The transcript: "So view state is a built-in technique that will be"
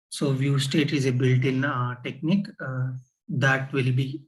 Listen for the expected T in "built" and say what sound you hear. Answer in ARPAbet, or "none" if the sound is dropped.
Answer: T